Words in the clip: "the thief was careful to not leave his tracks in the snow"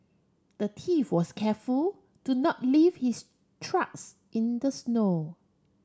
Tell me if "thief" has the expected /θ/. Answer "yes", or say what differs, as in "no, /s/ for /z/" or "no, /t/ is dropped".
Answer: no, /t/ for /θ/